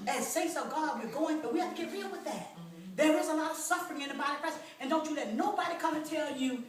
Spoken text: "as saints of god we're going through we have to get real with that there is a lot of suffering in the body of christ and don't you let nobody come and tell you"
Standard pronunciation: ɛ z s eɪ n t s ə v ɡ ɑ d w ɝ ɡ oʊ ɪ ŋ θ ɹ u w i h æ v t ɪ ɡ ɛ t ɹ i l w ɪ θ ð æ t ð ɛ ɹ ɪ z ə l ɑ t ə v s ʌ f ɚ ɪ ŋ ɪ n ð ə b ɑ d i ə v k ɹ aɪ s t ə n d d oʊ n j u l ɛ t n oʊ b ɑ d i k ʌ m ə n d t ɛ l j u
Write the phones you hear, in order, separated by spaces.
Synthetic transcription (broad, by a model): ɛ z s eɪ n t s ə ɡ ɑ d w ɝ ɡ oʊ ɪ ŋ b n w i h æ f t ɪ ɡ ɛ t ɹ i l w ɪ ð æ t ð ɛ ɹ ɪ z ə l ɑ t ə v s ʌ f ɚ ɪ ŋ ɪ n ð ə b ɑ d i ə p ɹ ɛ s ə n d d oʊ n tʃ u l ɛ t n oʊ b ɑ d i k ʌ m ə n t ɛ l j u